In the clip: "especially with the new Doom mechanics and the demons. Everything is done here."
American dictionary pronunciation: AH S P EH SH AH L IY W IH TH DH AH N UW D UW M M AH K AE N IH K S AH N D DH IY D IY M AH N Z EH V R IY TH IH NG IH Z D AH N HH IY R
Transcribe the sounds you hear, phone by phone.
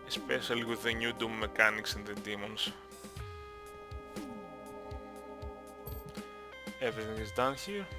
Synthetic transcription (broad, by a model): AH S P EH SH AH L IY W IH DH AH N UW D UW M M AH K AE N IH K S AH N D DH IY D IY M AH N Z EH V IY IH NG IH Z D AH N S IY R